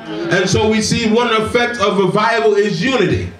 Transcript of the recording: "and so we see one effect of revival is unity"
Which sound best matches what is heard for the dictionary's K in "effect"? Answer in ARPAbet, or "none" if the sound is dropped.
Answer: K